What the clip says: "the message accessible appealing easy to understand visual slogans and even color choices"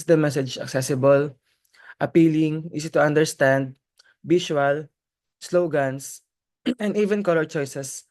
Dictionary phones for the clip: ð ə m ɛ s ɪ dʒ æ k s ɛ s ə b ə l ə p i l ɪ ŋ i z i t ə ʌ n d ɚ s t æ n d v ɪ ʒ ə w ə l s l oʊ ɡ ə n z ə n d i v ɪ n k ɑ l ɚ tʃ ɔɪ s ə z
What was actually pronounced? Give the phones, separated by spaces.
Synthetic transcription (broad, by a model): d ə m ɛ s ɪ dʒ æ k s ɛ s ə b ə l ə p i l ɪ ŋ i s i t ə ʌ n d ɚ s t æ n d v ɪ ʃ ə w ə l s l oʊ ɡ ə n s ə n d i v ɪ n k ɑ l ɚ tʃ ɔɪ s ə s